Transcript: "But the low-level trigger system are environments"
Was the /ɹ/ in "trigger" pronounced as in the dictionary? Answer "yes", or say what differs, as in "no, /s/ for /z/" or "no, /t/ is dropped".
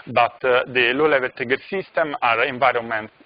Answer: no, /ɹ/ is dropped